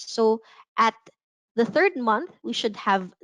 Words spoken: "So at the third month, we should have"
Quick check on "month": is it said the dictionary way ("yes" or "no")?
yes